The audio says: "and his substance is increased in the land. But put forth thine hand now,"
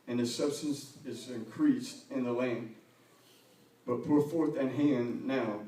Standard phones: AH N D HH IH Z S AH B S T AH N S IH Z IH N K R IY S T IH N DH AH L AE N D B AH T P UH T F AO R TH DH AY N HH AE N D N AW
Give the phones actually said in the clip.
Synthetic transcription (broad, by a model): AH N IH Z S AH B S T AH N S IH Z IH N K R IY S T IH N DH AH L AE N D B AH T P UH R F AO R TH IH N HH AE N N AW